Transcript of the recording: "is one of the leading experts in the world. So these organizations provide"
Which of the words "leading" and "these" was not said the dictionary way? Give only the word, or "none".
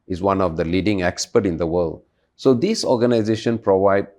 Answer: these